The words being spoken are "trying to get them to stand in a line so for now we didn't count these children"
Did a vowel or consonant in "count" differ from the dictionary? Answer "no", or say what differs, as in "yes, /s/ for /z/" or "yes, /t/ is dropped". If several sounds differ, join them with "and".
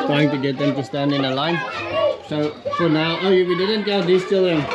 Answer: yes, /l/ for /n/